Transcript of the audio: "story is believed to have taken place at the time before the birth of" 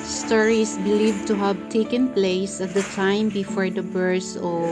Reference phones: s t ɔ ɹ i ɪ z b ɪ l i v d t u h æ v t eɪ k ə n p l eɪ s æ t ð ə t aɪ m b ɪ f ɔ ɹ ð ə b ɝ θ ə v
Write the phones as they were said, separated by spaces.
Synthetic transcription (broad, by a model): s t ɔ ɹ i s b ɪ l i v t u h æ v t eɪ k ə n p l eɪ s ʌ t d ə t aɪ m b ɪ f ɔ ɹ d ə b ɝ s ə